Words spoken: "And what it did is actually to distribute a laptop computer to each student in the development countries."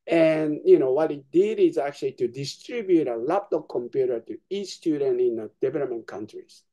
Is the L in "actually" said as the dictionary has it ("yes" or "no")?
yes